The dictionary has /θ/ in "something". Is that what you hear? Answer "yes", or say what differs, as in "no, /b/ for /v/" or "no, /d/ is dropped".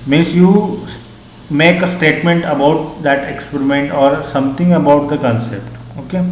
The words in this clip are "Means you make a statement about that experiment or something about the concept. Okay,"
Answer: no, /t/ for /θ/